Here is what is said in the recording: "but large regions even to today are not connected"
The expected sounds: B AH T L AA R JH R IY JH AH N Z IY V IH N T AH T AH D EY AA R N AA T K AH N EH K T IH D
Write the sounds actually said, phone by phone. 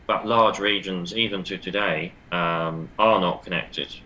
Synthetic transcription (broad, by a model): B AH T L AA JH R IY JH AH N Z IY V IH N T AH T AH D EY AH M N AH T K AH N EH K T IH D